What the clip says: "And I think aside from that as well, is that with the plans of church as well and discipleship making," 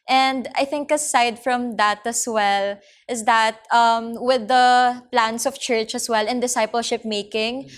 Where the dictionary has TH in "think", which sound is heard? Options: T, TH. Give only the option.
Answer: TH